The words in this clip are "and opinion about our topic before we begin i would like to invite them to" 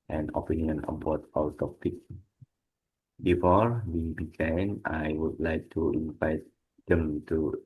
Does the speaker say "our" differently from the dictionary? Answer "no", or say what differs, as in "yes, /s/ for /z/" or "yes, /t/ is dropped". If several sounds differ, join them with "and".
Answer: yes, /l/ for /ɹ/